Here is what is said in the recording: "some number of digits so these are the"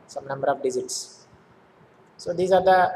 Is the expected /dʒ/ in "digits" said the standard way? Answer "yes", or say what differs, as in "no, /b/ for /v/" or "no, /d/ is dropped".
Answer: no, /z/ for /dʒ/